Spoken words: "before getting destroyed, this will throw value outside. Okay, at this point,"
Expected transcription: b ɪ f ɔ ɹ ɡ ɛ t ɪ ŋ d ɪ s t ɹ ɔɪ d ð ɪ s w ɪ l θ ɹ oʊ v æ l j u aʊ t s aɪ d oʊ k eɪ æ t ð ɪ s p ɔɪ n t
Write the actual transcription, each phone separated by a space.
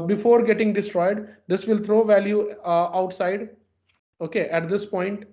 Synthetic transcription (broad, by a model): b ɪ f ɔ ɹ ɡ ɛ t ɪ ŋ d ɪ s t ɹ ɔɪ d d ɪ s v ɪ l t ɹ oʊ v æ l j u aʊ t s aɪ d oʊ k eɪ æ t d ɪ s p ɔɪ n t